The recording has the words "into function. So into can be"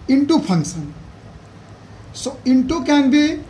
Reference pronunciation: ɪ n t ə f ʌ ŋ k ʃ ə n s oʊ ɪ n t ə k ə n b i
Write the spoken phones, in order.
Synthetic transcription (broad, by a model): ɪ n t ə p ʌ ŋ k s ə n s oʊ ɪ n t ə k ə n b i